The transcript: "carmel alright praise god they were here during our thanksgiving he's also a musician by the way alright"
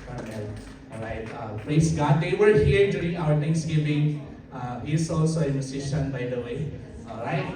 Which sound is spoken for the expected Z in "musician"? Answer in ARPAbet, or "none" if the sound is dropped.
S